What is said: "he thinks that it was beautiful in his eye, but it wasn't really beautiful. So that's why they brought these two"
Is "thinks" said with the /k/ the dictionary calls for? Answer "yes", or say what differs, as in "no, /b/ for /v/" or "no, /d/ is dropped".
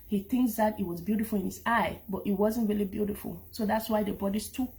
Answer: yes